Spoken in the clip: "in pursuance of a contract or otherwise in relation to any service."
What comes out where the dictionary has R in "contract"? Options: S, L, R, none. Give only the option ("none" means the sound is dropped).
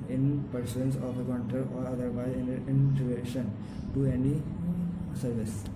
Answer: none